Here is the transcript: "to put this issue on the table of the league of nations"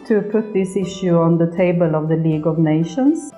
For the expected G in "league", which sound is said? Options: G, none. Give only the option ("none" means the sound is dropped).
G